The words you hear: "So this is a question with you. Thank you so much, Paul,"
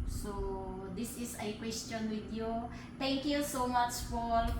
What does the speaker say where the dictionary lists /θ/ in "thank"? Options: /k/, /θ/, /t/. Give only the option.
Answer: /t/